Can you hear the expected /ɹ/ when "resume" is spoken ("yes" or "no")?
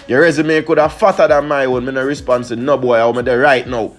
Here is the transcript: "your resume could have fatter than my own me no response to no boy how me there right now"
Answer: yes